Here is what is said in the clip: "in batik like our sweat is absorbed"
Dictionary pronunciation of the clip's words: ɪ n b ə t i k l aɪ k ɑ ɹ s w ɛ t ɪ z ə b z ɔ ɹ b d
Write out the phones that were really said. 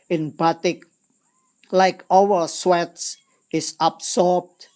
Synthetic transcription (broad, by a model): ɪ n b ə t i k l aɪ k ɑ w s w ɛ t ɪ s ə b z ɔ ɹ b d